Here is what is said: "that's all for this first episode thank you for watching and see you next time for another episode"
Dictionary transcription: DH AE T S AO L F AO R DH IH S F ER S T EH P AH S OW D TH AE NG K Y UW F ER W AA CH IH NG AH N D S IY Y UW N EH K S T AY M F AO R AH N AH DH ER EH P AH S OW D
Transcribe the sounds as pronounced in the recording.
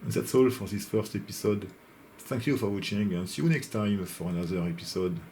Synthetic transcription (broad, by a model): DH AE T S AO L F AO R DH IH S F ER S T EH P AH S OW D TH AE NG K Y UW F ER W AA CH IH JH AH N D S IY Y UW N EH K S T AY M F AO R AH N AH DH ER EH P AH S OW D